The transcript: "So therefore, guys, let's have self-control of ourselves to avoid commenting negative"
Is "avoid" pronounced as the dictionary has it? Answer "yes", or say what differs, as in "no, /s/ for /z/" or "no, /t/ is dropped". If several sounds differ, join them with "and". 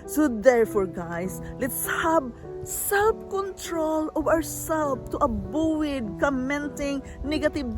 no, /w/ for /v/